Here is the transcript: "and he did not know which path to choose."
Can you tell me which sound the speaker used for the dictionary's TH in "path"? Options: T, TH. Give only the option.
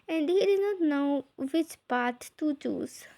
T